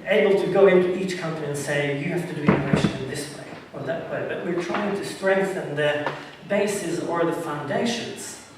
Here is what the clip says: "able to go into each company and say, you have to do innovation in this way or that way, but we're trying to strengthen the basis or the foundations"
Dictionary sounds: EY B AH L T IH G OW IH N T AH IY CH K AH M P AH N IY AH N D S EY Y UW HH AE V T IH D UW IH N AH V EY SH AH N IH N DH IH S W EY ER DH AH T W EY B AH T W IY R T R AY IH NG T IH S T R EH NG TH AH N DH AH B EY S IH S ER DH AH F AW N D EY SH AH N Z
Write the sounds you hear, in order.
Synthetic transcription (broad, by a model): EY B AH L T IH G OW IH N T AH IY CH K AH M P AH N IY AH N S EY Y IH HH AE F T IH D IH AH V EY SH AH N IH N DH IH S W EY ER DH AH T W EY B AH T W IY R T R AY IH NG T IH S T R EH NG TH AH N DH AH B EY S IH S ER DH AH F AW N D EY SH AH N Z